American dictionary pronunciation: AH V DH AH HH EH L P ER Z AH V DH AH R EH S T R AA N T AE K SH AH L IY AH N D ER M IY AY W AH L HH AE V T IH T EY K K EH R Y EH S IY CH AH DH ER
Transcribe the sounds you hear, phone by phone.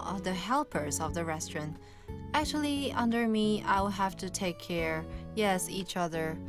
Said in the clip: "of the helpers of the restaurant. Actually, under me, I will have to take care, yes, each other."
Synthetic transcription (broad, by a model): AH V DH AH HH EH L P ER Z AH V DH AH R EH S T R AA N T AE K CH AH L IY AH N D ER M IY AY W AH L HH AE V T IH T EY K K EH R Y EH S IY CH AH DH ER